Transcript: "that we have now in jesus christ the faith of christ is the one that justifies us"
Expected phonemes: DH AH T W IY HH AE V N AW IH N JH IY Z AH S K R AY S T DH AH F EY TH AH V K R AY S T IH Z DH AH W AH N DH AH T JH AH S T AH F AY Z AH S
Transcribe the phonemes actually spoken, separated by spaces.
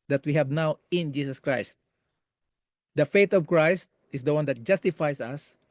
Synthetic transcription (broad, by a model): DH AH T W IY HH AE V N AW IH N JH IY S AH S K R AY S T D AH F EY T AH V K R AY S T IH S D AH W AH N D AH T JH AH S T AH F AY S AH S